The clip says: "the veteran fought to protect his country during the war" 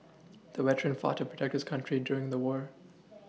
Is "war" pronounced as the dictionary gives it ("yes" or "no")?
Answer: yes